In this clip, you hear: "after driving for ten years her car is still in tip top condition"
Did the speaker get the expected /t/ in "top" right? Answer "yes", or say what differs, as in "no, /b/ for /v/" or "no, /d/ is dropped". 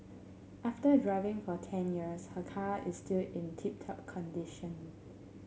yes